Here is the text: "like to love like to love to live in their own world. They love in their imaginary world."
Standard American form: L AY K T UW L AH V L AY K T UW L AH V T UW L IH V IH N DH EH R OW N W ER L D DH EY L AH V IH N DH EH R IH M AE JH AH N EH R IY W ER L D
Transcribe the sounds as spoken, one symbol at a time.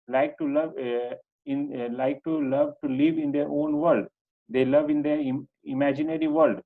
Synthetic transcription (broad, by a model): L AY K T UW L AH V L AY K T UW L AH V T UW L IH V IH N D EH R OW N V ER L D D EY L AH V IH N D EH IH M AE JH AH N EH R IY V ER L D